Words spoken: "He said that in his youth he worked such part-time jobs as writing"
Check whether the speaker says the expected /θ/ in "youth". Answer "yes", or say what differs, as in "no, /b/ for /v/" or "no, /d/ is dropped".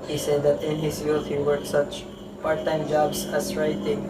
no, /t/ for /θ/